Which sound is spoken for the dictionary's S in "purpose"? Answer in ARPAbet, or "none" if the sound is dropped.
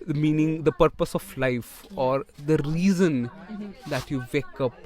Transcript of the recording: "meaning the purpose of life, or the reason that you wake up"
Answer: S